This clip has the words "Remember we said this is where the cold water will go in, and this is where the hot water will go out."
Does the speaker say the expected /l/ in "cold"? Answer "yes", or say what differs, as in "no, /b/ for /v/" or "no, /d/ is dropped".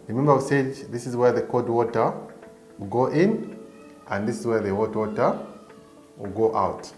no, /l/ is dropped